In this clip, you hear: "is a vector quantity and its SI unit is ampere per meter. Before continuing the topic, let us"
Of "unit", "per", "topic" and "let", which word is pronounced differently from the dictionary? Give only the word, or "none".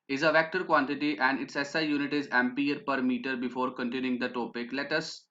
none